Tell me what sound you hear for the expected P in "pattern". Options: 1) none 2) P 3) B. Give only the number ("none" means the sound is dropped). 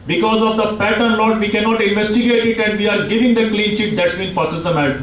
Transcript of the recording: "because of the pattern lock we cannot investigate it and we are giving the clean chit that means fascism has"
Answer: 2